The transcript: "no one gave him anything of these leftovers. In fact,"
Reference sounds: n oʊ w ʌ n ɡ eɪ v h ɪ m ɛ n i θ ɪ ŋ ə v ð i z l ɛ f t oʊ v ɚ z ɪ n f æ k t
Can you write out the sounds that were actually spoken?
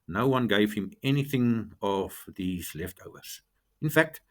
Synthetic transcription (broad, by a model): n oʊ w ʌ n ɡ eɪ v h ɪ m ɛ n i θ ɪ ŋ ə v ð i z l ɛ f t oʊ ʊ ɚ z ɪ n f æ k t